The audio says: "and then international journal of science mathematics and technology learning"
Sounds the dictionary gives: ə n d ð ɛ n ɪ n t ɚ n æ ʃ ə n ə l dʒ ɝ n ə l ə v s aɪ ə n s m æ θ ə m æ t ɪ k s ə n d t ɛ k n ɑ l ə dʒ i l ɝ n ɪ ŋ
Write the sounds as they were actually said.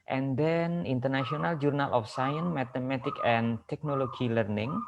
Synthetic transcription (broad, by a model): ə n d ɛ n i n t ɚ n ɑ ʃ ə n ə l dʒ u n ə l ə f s aɪ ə n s m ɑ t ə m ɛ t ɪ k ə n t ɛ k n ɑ l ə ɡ i l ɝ n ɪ ŋ